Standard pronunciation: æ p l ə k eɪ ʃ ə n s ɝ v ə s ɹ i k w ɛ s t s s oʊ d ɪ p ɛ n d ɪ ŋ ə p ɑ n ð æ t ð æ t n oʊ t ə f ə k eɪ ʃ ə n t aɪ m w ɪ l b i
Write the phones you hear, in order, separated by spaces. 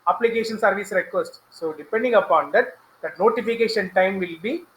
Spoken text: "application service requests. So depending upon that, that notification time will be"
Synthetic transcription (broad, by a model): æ p l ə k eɪ ʃ ə n s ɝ v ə s ɹ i k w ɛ s t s s oʊ d ɪ p ɛ n d ɪ ŋ ə p ɑ n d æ t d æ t n oʊ t ə f ə k eɪ ʃ ə n t aɪ m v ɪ l b i